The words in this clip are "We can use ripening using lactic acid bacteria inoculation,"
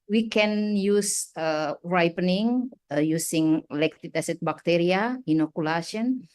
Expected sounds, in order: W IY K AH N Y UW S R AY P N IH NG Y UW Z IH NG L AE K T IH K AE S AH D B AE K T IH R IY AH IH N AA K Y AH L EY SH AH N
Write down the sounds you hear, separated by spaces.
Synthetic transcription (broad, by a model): W IY K AH N Y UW S R AY P N IH NG Y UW S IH NG L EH K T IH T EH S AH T B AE K T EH R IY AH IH N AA K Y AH L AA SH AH N